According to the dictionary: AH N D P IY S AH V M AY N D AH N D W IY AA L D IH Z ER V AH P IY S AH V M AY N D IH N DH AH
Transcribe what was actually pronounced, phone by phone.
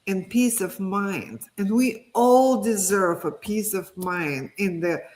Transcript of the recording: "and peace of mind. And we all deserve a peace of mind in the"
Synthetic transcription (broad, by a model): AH N P IY S AH V M AY N D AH N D W IY AA L D IH Z ER V AH P IY S AH V M AY N D IH N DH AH